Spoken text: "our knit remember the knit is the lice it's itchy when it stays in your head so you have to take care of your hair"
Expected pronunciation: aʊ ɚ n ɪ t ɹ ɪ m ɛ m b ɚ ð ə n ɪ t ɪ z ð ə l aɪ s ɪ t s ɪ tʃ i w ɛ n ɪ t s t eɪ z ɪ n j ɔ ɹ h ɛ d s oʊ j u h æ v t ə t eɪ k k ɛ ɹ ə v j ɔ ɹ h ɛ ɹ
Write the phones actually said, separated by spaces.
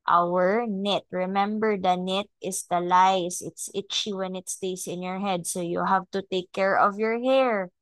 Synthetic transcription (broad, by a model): aʊ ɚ n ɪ t ɹ ɪ m ɛ m b ɚ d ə n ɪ t ɪ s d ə l aɪ s ɪ t s ɪ tʃ i w ɛ n ɪ t s t eɪ s ɪ n j ɔ ɹ h ɛ d s oʊ j u h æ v t ə t eɪ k k ɛ ɹ ə v j ɔ ɹ h ɛ ɹ